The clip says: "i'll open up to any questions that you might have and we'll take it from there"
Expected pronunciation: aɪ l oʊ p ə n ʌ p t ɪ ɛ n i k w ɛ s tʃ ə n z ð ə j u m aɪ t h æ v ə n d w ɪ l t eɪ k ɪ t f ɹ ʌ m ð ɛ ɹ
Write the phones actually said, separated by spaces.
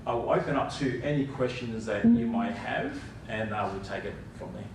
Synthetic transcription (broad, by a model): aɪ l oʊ p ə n ʌ p t ɪ ɛ n i k w ɛ s tʃ ə n z ð ə j u m aɪ t h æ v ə n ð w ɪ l t eɪ k ɪ t f ɹ ʌ m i